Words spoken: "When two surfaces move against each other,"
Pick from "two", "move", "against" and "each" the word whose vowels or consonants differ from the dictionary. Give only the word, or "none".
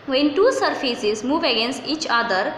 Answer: none